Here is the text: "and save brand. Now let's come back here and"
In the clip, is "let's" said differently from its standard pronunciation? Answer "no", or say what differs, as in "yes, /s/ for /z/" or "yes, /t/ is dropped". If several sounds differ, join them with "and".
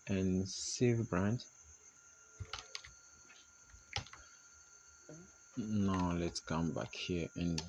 no